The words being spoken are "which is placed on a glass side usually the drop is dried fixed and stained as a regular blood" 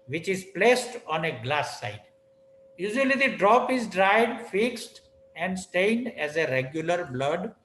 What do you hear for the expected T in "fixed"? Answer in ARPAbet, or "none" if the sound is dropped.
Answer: T